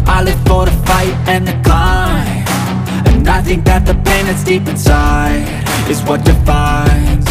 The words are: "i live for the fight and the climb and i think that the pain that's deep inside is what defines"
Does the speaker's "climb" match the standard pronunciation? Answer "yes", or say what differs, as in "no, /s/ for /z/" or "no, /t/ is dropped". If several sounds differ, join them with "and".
no, /m/ is dropped